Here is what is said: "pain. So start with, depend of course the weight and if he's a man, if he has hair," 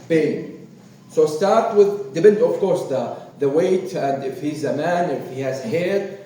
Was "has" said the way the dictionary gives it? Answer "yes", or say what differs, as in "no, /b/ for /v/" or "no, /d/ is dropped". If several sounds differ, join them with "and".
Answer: yes